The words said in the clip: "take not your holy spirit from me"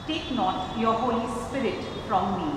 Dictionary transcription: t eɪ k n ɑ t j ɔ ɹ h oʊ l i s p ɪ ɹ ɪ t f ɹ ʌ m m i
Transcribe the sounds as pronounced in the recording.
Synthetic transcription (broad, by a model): t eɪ k n ɑ t j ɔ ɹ h oʊ l i s p ɪ ɹ ɪ t f ɹ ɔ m m i